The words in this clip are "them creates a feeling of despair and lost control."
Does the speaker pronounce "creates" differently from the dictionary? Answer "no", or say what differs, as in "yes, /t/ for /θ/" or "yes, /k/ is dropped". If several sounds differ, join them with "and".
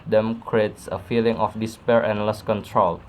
no